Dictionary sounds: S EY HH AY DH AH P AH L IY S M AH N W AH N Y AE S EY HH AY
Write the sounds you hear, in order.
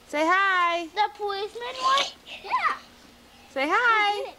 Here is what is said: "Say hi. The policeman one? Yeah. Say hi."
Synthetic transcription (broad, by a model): S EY HH AY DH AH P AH IY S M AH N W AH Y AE S EY HH AY